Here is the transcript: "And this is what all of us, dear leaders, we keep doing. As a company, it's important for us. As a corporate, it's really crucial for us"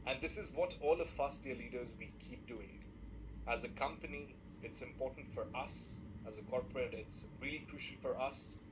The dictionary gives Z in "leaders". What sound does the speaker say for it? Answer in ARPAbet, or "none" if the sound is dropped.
Z